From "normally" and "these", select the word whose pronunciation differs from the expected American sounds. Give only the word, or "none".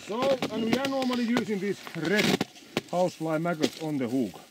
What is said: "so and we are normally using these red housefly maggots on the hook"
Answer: these